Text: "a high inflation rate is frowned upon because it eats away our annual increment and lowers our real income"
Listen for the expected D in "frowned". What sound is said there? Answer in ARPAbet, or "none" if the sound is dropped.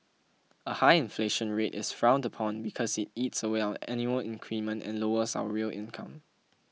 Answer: D